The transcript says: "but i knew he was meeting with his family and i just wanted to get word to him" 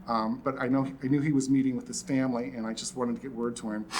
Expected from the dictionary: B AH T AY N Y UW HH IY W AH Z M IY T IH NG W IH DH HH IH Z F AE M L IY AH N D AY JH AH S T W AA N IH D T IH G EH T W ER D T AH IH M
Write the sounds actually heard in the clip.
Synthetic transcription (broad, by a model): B AH T AY N Y UW IY W AH Z M IY T IH NG W IH DH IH S F AE M L IY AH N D AY JH AH S T W AA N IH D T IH G EH T W ER D T AH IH M